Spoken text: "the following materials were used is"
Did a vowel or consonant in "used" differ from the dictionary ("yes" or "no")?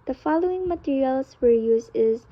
yes